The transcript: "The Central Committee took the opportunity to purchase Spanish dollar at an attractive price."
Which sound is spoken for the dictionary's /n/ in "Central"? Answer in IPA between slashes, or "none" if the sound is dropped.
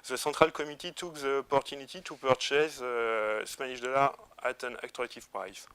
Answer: none